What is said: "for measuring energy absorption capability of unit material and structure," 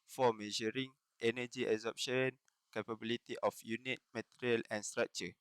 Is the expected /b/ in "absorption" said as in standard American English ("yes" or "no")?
no